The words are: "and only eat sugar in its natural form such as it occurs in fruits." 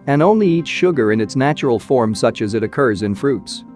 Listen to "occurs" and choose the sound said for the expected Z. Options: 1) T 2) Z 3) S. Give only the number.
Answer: 2